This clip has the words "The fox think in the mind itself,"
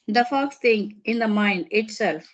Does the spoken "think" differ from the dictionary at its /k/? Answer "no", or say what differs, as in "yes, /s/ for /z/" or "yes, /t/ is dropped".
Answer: yes, /k/ is dropped